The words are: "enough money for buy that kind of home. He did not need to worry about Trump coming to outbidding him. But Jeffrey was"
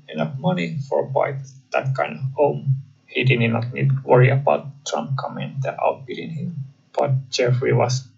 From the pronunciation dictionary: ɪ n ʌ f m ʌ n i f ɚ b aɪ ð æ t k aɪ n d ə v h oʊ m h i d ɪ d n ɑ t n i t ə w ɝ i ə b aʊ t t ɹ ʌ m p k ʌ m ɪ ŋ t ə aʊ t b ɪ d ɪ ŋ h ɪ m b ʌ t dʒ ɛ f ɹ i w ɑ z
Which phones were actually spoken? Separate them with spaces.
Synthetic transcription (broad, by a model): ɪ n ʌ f m ʌ n i f ɚ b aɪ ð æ t k aɪ n d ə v h oʊ m h i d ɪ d n ɑ t n i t w ɝ i ə b aʊ t t ɹ ʌ m p k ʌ m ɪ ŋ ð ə aʊ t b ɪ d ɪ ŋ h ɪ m b ʌ t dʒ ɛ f ɹ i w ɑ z